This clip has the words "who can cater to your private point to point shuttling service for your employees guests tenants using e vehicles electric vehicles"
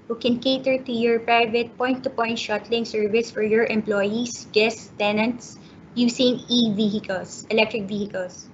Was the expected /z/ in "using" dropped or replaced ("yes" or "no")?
yes